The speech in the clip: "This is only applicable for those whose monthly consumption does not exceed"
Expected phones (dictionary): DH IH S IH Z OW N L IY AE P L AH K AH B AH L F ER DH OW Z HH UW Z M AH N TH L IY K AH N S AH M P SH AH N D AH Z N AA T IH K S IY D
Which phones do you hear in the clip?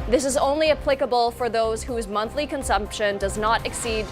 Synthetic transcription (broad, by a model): DH IH S IH Z OW N L IY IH P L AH K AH B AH L F ER DH OW Z HH UW Z M AH N TH L IY K AH N S AH M P SH AH N D AH Z N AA T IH K S IY D